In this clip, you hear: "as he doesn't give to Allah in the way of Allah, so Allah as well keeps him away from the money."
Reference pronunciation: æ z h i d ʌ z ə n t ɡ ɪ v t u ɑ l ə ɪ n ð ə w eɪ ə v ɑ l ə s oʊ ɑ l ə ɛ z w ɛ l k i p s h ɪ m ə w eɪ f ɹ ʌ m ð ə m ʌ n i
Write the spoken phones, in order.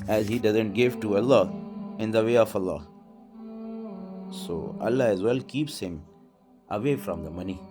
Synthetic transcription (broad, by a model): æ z h i d ʌ z ə n t ɡ ɪ v t u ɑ l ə ɪ n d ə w eɪ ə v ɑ l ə s oʊ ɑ l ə ɛ z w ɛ l k i p s h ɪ m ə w eɪ f ɹ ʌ m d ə m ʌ n i